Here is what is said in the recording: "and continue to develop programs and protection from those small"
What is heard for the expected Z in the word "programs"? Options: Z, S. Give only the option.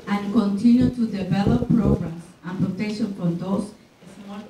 S